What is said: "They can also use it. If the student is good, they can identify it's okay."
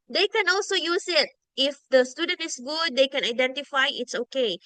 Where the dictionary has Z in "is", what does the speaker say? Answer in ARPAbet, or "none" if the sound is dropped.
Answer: S